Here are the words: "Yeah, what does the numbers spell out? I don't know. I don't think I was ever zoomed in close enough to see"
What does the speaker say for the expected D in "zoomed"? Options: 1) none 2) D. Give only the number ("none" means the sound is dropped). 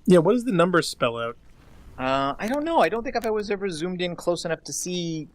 2